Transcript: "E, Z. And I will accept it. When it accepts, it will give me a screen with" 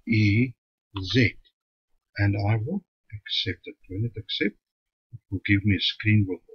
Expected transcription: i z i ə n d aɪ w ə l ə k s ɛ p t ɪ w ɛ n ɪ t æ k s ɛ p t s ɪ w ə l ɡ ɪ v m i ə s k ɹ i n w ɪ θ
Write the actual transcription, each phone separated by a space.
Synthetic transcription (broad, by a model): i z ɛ ə n d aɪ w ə ə k s ɛ p t ɪ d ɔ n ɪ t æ k s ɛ p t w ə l ɡ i v m i ə s k ɹ i n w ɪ